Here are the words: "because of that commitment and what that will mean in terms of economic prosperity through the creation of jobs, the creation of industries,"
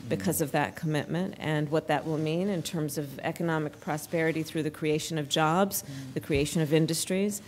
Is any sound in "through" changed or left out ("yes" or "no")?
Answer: no